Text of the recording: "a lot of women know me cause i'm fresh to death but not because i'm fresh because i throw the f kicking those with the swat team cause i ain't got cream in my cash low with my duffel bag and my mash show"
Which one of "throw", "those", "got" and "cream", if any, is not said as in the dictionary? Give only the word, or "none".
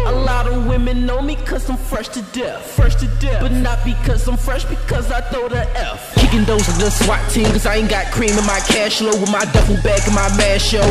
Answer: throw